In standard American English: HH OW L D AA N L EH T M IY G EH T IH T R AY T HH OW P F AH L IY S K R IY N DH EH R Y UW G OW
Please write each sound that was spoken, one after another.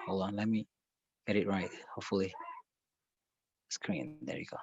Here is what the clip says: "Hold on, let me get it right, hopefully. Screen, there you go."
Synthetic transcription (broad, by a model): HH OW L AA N L EH T M IY G EH T IH T R AY T HH OW P F AH L IY S K R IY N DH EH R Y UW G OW